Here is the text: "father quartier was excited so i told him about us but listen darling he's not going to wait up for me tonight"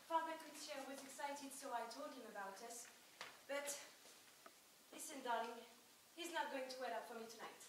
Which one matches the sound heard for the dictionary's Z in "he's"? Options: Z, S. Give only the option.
Z